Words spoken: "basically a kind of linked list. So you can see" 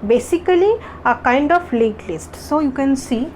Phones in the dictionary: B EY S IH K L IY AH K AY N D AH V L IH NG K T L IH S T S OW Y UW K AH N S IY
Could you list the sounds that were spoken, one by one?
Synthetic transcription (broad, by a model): B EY S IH K L IY AH K AY N D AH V L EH K L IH S T S OW Y UW K AH N S IY